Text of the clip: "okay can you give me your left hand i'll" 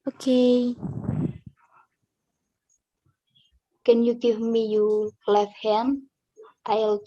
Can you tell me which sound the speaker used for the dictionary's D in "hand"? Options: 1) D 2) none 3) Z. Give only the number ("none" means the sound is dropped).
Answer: 2